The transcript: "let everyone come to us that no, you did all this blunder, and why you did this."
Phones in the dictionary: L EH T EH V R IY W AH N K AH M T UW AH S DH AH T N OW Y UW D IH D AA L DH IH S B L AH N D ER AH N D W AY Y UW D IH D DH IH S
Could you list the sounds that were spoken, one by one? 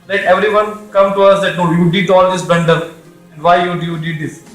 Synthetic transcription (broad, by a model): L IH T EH V R IY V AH N K AH M T UW AH S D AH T N OW Y UW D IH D AA L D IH S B EH N D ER AH N D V AY Y UW D IH D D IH S